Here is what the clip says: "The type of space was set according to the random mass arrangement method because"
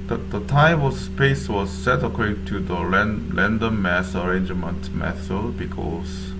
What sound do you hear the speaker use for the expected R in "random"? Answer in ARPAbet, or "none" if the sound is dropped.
L